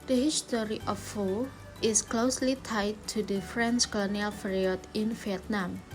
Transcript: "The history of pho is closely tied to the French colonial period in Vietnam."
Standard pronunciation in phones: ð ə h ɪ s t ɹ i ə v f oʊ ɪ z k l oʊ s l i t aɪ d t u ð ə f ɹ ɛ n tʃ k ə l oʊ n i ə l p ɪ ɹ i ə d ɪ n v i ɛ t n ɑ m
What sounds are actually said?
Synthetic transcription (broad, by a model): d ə h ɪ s t ɹ i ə f oʊ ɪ s k l oʊ s l i t aɪ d t u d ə f ɹ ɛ n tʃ k ə l oʊ n i ə l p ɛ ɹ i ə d ɪ n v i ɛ t n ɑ m